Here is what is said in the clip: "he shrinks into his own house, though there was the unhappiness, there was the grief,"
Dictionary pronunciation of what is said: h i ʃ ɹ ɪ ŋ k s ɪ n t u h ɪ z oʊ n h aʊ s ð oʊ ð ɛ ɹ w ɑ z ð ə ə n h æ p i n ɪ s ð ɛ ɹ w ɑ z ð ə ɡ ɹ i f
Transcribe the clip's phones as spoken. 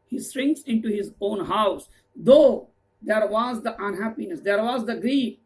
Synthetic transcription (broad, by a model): h i s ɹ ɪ ŋ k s ɪ n t u h ɪ z oʊ n h aʊ s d oʊ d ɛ ɹ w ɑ z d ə ə n h æ p i n ɪ s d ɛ ɹ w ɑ z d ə ɡ ɹ i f